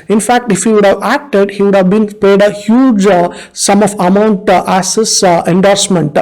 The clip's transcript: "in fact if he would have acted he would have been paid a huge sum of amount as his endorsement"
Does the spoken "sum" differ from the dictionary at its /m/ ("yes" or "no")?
no